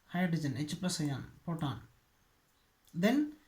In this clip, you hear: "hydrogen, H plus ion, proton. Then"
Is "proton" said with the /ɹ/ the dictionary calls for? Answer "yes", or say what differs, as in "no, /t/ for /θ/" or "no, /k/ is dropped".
no, /ɹ/ is dropped